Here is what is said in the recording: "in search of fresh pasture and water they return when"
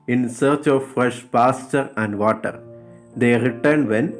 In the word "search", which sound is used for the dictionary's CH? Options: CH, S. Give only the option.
CH